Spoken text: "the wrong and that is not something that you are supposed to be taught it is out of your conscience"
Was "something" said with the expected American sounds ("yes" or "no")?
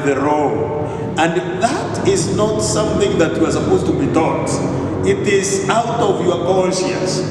yes